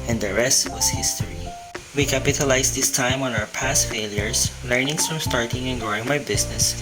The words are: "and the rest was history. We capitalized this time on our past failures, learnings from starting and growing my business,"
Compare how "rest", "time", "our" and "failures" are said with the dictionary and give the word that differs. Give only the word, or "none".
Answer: failures